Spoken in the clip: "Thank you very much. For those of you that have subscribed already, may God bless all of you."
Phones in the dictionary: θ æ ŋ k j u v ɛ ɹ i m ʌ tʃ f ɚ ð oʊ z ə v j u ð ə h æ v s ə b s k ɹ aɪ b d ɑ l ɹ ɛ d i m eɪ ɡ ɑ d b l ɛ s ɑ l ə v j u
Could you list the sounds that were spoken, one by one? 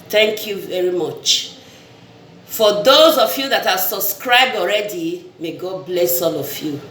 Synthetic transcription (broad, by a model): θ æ ŋ k j u v ɛ ɹ i m ʌ tʃ f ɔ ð oʊ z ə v j u ð ə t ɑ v s ə b s k ɹ aɪ b d ɑ l ɹ ɛ d i m eɪ ɡ ɑ d b l ɛ s ɑ l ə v j u